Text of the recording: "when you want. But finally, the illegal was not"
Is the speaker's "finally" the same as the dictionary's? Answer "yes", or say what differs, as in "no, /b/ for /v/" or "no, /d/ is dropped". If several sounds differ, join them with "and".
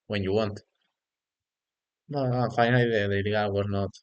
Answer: no, /l/ is dropped